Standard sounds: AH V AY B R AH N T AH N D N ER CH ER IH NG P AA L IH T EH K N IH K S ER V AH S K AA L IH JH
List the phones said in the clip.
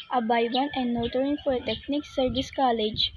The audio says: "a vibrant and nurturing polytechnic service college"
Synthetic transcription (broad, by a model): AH B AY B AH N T AH N D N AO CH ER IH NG F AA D T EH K N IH K S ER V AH S K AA L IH JH